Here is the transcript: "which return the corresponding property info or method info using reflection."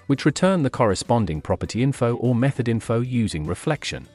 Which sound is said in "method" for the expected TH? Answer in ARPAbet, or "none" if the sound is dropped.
TH